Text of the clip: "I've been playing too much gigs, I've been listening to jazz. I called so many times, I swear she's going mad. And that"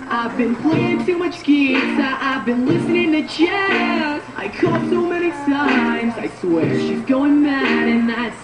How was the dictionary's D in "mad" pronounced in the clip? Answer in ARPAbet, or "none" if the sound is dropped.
none